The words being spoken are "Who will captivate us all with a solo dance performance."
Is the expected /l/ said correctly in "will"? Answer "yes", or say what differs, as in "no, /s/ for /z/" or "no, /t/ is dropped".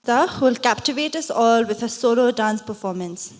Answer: yes